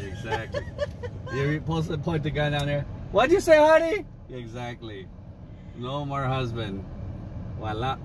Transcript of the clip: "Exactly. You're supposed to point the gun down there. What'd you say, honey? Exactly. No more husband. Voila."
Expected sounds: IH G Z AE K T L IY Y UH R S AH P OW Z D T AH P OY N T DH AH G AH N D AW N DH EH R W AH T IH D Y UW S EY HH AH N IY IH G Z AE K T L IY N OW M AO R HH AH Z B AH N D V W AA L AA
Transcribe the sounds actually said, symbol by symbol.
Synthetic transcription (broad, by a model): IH G Z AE K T L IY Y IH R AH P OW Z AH P OY N T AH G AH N D AW N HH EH R W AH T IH Y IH S EY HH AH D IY IH G Z AE K T L IY N OW M AO R HH AH Z B AH N D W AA L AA